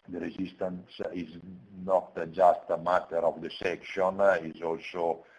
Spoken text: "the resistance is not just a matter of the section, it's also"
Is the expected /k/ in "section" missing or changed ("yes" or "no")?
no